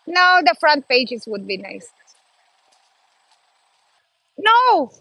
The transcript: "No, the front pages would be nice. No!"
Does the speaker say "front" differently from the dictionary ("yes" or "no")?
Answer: no